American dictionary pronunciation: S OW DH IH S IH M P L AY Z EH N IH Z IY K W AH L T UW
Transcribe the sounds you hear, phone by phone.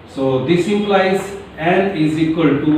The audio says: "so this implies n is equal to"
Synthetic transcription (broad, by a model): S OW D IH S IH P L AY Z EH N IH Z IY K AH L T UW